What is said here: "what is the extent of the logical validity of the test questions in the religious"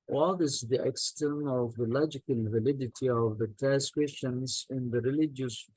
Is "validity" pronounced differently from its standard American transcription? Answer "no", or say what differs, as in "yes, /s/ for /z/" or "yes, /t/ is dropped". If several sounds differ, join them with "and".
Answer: no